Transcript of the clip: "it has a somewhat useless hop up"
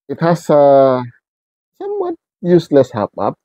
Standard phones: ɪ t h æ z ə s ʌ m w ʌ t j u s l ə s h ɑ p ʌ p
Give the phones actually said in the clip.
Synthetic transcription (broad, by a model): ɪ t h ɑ s ə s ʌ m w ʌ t j u s l ə s h ɑ p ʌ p